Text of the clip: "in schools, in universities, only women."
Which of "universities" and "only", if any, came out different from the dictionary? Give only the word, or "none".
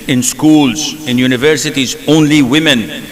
none